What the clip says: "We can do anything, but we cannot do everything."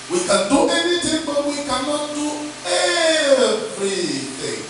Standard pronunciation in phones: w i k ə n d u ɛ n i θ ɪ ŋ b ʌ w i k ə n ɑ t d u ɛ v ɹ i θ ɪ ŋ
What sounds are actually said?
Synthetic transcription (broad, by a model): w i k ə n d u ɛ n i t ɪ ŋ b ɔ w i k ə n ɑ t d u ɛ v ɹ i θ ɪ ŋ